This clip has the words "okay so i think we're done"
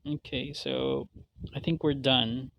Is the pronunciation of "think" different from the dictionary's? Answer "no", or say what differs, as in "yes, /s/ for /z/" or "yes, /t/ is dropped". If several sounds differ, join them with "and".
no